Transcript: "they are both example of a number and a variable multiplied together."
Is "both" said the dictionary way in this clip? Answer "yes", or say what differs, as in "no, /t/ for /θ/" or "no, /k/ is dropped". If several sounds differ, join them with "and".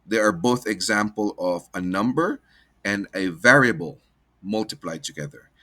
yes